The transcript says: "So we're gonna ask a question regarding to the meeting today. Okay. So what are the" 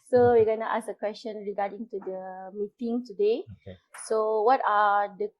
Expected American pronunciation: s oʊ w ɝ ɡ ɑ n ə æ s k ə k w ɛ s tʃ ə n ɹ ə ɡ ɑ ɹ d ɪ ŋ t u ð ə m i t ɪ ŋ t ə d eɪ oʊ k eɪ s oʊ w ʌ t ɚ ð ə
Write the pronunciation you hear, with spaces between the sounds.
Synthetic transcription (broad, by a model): s oʊ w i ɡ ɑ n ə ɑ s ə k w ɛ s tʃ ə n ɹ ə ɡ ɑ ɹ d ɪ ŋ t u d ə m i t ɪ ŋ t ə d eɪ eɪ s oʊ w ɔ t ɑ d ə